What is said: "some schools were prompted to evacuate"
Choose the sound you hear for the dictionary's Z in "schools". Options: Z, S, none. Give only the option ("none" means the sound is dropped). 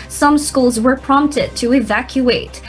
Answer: Z